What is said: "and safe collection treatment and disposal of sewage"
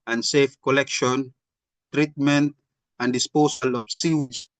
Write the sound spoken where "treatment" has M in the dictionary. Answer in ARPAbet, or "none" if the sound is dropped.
M